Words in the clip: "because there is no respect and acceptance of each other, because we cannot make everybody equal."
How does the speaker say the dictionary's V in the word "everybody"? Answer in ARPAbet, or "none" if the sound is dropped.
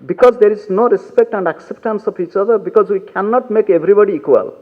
B